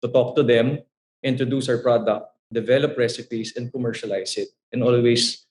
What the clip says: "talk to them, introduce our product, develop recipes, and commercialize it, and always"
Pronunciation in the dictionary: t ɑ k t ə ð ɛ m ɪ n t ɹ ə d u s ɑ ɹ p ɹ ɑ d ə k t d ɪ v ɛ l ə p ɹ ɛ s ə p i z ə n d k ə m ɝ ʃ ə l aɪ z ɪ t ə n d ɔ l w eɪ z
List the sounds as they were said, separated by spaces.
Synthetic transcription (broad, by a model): t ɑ k t ə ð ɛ m ɪ n t ɹ ə d u s ɑ ɹ p ɹ ɑ d ə k t d ɪ v ɛ l ə p ɹ ɛ s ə p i s ə n d k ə m ɝ ʃ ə l aɪ s ɪ t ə n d ɔ l w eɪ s